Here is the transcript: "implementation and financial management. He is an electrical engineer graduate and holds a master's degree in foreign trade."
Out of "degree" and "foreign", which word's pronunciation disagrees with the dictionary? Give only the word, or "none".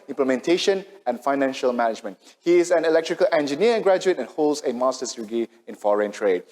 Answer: degree